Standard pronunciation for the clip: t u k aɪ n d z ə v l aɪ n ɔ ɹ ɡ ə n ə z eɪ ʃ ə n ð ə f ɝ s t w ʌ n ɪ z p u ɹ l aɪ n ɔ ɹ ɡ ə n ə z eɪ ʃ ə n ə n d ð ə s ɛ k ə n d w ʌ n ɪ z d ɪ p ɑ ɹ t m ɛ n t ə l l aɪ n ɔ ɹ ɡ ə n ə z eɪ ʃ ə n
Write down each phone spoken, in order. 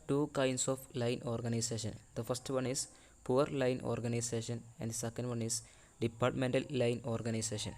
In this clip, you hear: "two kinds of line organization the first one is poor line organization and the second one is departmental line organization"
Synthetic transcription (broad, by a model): t u k aɪ n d s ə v l aɪ n ɔ ɹ ɡ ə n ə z eɪ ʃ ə n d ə f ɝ s t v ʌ n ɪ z p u ɹ l aɪ n ɔ ɹ ɡ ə n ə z eɪ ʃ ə n ə n d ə s ɛ k ə n d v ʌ n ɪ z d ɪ p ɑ ɹ t m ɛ n t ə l l aɪ n ɔ ɹ ɡ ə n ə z eɪ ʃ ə n